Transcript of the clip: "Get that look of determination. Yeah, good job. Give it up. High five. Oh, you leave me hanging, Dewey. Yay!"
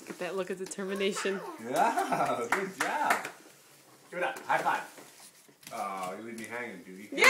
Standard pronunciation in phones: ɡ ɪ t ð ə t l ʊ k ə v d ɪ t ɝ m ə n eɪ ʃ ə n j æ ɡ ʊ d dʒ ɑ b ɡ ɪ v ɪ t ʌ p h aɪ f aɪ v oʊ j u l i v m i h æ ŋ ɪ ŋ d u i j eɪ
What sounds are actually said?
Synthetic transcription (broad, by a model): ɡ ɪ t ð ə t l ʊ k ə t d ɪ t ɝ m ə n eɪ ʃ ə n j æ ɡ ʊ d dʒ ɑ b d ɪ ɪ t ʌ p h aɪ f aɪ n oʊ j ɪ l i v m i h æ ŋ ɪ ŋ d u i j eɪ